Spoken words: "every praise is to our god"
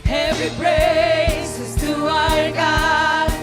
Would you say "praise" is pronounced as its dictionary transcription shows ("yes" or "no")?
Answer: no